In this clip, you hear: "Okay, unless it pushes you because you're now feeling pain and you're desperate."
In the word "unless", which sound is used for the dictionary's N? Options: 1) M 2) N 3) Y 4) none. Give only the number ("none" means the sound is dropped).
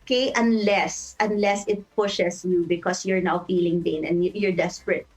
2